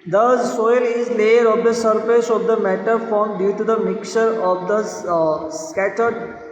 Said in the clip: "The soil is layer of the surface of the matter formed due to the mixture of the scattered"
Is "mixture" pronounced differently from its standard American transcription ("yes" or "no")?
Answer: yes